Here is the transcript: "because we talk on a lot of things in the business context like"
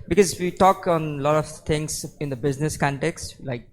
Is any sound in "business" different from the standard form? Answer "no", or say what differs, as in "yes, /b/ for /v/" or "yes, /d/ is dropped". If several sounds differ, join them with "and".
no